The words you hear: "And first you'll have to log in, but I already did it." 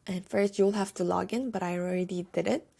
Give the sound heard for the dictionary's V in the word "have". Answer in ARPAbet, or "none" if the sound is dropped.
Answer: F